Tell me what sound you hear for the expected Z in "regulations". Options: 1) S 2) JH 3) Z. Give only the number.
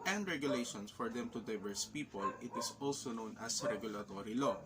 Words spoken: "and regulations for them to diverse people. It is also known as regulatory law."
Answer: 1